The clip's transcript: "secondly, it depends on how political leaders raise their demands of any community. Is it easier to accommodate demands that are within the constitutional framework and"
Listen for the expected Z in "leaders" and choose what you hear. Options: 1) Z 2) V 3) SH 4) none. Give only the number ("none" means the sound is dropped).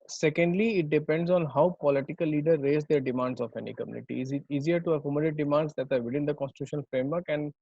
4